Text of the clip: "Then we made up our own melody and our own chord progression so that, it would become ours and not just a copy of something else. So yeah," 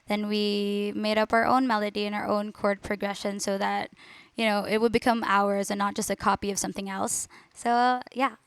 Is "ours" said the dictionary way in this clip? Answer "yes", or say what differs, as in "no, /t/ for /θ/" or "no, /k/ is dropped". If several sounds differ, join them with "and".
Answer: yes